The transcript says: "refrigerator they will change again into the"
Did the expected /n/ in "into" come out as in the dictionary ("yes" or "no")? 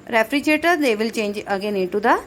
no